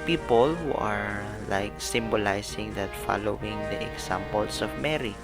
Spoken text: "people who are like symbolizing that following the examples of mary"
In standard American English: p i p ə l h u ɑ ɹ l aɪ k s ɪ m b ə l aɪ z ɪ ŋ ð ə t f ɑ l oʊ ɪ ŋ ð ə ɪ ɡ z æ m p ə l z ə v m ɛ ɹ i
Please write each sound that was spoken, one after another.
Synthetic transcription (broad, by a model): p i p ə l h u ɑ ɹ l aɪ k s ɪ m b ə l aɪ s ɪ ŋ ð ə t f ɑ l oʊ ɪ ŋ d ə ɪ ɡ s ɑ m p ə l s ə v m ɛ ɹ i